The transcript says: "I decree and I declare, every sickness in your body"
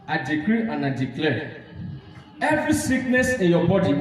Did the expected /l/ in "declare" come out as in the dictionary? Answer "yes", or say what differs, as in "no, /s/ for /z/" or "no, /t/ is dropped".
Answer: yes